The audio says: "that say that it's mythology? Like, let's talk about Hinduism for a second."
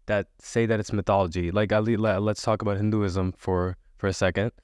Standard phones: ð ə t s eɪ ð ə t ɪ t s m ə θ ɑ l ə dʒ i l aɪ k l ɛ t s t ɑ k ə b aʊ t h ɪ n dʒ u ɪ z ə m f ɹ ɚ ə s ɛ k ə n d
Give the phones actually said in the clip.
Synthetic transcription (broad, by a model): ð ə t s eɪ ð ə t ɪ t s m ə θ ɑ l ə dʒ i l aɪ k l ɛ t s t ɑ k ə b aʊ t h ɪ n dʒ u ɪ z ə m f ɹ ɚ ə s ɛ k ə n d